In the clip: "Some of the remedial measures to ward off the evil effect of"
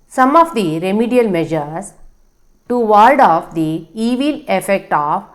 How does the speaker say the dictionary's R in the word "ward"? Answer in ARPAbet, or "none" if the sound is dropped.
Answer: L